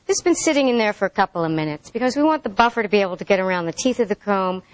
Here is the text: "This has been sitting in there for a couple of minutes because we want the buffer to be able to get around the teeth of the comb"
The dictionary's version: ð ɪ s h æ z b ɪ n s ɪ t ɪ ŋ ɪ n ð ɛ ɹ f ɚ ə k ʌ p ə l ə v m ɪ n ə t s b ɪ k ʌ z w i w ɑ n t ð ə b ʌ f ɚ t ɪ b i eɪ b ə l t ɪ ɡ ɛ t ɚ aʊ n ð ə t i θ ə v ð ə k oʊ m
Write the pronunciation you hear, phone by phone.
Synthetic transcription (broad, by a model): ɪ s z b ɪ n s ɪ t ɪ ŋ ɪ n ð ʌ ɹ f ɚ ə k ʌ p l ə v m ɪ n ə t s b ɪ k ʌ z w i w ɑ n ð ə b ʌ f ɚ t ɪ b i eɪ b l t ɪ ɡ ɛ t ɚ aʊ n ð ə t i θ ə v ð ə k oʊ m